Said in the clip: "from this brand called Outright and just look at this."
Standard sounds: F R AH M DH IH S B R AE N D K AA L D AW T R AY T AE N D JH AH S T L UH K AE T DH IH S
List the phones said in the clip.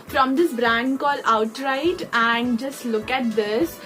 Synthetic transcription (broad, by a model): F R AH M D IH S B R AE N D K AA L AW T R AY T AE N D JH AH S T L UH K AE T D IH S